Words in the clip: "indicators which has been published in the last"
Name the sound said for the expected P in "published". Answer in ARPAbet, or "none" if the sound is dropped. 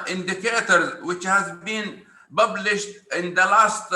B